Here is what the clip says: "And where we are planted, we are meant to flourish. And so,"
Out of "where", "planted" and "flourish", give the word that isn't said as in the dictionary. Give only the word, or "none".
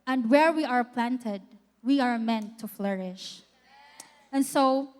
none